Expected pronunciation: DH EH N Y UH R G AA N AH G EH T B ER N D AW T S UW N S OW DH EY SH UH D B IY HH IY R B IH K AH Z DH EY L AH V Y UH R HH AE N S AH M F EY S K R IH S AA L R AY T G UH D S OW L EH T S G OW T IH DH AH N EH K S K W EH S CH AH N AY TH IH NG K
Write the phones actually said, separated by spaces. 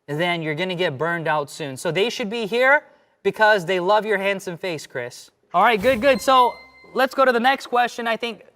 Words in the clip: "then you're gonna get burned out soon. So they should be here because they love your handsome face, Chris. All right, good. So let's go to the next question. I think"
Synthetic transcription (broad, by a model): DH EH N Y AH R G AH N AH G EH T B ER N D AW T S UW N S OW DH EY SH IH D B IY HH IY R B IH K AH Z DH EY L AH V Y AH R HH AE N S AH M F EY S K R IH S AA L R AY T G UH D S OW L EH T S G OW T IH DH AH N EH K S K W EH S CH AH N AY TH IH NG K